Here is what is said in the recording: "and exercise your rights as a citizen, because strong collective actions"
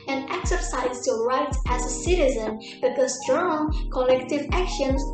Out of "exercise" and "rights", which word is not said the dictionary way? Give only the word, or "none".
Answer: rights